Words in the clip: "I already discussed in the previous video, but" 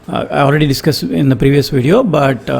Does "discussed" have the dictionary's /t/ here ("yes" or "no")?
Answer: no